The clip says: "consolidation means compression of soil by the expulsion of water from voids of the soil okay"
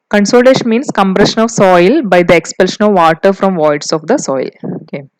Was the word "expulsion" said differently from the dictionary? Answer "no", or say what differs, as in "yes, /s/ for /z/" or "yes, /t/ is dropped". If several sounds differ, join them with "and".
no